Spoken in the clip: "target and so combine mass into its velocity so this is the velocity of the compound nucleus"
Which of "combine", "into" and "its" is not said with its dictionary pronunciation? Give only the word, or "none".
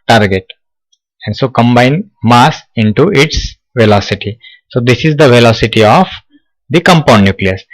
none